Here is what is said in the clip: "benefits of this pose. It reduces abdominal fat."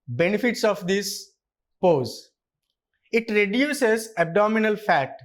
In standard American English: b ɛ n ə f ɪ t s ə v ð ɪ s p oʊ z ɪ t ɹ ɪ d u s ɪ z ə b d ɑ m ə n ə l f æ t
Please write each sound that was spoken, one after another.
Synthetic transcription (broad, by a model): b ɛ n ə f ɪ t s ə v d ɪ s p oʊ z ɪ t ɹ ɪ d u s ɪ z ə b d ɑ m ə n ə l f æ t